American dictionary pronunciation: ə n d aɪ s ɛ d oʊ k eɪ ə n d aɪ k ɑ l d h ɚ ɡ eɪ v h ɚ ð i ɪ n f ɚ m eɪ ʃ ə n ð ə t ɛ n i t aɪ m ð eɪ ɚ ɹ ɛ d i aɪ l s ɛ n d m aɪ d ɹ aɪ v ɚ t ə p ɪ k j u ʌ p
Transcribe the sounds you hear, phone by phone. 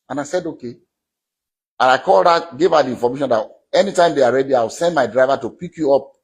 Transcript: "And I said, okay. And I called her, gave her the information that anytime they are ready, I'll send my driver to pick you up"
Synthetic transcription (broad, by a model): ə n aɪ s ɛ d oʊ k eɪ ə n aɪ k ɑ l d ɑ ɡ eɪ v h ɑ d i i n f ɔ m eɪ ʃ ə n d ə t ɛ n i t aɪ m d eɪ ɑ ɹ ɛ d i aɪ w s ɛ n d m aɪ d ɹ aɪ v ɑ t ə p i k j u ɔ p